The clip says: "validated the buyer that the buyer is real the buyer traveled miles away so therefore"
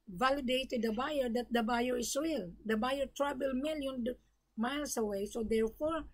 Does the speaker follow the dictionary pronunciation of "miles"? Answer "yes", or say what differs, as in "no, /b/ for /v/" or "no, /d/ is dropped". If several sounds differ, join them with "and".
no, /s/ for /z/